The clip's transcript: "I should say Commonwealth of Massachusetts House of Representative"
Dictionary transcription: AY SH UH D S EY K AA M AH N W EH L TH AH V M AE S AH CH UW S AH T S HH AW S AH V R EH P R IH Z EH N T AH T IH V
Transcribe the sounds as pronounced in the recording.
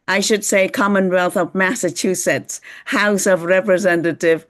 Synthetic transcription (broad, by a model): AY SH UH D S EY K AA M AH N W EH L TH AH V M AE S AH CH UW S AH T S HH AW S AH V R EH P R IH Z EH N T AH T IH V